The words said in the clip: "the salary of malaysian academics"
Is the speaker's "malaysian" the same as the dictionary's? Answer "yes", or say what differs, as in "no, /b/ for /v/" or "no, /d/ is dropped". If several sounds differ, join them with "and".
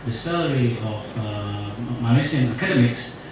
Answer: no, /n/ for /l/ and /s/ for /ʒ/